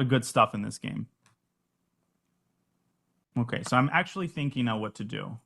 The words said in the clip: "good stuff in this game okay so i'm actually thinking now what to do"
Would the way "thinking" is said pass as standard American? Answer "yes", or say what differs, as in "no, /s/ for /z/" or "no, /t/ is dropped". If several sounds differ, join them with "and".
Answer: yes